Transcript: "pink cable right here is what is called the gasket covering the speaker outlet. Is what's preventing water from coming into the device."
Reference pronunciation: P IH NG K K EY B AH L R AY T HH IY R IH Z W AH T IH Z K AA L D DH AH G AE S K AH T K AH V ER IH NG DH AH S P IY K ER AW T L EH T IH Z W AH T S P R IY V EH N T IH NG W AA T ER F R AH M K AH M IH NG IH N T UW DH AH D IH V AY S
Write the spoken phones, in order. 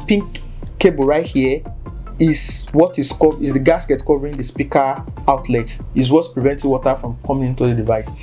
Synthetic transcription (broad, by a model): P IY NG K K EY B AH R AY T HH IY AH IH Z W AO T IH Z K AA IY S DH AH G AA S K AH T K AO V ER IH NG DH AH S P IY K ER AW T L EH T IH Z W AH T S P R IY V EH N T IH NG W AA T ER F R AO M K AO M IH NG IH N T UW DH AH D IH V AY S